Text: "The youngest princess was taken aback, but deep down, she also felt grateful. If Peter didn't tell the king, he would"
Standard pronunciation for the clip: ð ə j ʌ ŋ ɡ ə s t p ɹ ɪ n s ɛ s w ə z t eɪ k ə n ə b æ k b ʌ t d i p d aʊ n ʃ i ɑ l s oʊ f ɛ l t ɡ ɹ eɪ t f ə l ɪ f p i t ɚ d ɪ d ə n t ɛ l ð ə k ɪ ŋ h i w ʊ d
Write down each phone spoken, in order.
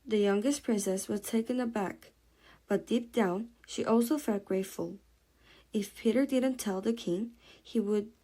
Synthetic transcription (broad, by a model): ð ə j ʌ ŋ ɡ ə s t p ɹ ɪ n s ɛ s w ə z t eɪ k ə n ə b æ k b ʌ t d i p d aʊ n ʃ i ɑ l s oʊ f ɛ l t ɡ ɹ eɪ t f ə l ɪ f p i t ɚ d ɪ d n t ɛ l ð ə k ɪ ŋ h i w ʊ d